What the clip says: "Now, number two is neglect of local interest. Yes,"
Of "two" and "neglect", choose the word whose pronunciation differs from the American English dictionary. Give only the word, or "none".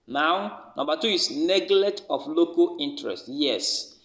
neglect